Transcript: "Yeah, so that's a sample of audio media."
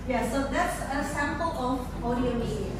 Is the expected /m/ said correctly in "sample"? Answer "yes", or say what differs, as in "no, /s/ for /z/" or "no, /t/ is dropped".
yes